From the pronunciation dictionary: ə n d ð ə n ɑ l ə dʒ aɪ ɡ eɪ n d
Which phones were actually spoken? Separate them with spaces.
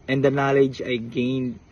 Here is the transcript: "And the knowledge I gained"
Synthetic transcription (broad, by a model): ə n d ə n ɑ l ə dʒ aɪ ɡ eɪ n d